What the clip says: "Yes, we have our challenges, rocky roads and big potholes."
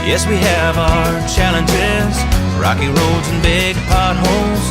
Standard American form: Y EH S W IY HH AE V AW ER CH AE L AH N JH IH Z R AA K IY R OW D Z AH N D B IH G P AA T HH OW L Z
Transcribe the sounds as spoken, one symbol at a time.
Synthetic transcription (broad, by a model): Y EH S W IY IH V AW ER CH AE L AH N JH IH Z R AA K IY R OW D Z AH N B IH G P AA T HH OW L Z